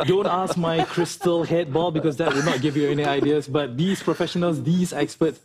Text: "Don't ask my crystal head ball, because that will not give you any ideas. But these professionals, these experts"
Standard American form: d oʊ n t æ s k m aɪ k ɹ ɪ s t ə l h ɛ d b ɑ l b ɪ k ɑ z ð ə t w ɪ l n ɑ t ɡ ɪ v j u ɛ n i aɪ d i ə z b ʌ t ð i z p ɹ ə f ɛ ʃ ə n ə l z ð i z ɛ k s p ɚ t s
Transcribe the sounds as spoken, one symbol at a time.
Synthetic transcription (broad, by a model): d oʊ n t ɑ s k m aɪ k ɹ ɪ s t ə l h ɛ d b ɑ l b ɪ k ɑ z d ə t w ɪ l n ɑ t ɡ ɪ v j u ɛ n i aɪ d i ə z b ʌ t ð i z p ɹ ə f ɛ ʃ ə n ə l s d i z ɛ k s p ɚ t s